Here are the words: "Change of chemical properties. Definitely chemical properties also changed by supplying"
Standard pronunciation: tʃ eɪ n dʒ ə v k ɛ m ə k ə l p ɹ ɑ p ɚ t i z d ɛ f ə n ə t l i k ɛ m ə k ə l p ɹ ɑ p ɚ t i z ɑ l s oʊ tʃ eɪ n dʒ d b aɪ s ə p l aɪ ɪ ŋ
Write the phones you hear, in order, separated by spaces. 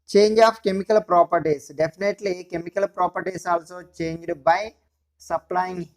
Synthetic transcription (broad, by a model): tʃ eɪ n dʒ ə p k ɛ m ə k ə l p ɹ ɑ p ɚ t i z d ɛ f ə n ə t l i k ɛ m ə k ə l p ɹ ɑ p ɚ t i s ɑ l s oʊ tʃ eɪ n dʒ d b aɪ s ə p l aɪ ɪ ŋ